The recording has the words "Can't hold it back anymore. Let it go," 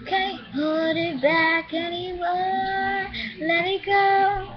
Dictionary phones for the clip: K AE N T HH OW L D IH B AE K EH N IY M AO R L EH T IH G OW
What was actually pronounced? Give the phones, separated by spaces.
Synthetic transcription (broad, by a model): K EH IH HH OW D IH B AE K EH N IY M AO L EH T IH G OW